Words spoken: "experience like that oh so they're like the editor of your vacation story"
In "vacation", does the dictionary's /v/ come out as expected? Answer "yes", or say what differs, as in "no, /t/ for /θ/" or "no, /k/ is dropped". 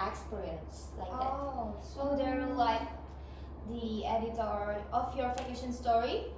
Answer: no, /f/ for /v/